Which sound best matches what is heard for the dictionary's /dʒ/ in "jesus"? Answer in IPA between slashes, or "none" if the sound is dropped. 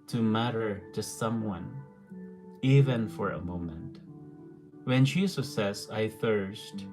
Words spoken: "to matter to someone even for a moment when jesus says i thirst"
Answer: /ʃ/